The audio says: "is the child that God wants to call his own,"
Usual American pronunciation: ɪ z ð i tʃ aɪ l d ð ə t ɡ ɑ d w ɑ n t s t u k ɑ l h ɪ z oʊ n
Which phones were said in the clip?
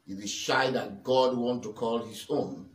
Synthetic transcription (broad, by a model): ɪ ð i ʃ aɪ d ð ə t ɡ ɑ d w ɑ n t t u k ɑ l h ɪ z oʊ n